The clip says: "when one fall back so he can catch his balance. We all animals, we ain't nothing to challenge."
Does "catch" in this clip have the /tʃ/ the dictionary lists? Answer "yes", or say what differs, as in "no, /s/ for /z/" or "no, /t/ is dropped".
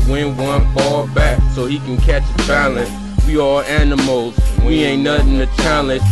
yes